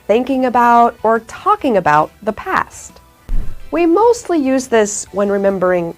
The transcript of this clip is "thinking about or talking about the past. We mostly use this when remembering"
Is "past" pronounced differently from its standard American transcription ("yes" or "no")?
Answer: no